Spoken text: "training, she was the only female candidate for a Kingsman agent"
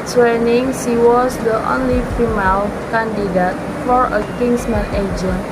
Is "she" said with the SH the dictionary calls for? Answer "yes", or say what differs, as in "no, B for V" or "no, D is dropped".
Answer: no, S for SH